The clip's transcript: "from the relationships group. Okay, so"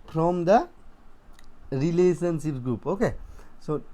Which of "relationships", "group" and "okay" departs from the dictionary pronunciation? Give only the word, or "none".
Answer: relationships